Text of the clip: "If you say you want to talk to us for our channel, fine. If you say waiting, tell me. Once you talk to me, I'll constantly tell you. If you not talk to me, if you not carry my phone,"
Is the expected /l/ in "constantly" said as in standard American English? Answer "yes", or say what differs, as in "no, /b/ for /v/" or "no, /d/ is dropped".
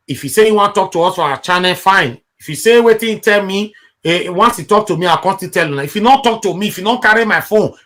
no, /l/ is dropped